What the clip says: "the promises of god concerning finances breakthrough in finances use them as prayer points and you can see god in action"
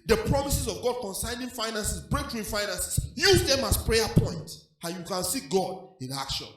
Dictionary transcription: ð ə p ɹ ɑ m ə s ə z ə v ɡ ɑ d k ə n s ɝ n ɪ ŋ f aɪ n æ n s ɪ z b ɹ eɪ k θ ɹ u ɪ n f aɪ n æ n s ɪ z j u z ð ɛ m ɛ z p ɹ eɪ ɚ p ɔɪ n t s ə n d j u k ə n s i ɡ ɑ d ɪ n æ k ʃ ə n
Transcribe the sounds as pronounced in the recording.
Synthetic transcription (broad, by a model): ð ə p ɹ ɑ m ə s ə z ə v ɡ ɑ d k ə n s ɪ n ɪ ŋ f aɪ n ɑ n s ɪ s b ɹ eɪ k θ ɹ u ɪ f aɪ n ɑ n s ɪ s j u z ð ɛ m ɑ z p ɹ eɪ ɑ p ɔɪ n t ə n j u k ə n s i ɡ ɑ d ɪ n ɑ k ʃ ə n